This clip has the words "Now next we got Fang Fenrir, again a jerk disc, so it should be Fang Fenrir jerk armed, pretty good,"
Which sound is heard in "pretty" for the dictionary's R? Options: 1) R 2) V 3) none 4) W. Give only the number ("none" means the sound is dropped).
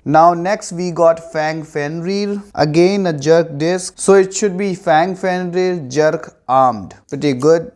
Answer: 3